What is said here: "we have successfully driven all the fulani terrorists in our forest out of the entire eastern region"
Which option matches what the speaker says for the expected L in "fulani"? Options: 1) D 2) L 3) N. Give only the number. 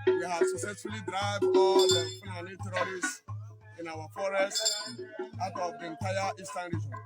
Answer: 3